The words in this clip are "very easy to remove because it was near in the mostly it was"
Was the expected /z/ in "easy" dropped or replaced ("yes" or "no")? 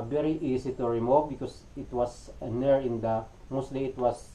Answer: yes